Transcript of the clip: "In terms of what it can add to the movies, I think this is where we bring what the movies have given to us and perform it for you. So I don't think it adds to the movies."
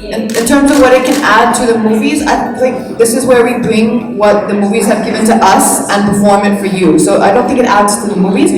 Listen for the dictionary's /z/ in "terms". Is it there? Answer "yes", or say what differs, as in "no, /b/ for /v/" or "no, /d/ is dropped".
yes